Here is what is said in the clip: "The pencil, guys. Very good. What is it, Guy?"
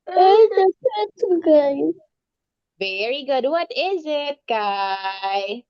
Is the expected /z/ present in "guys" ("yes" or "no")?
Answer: no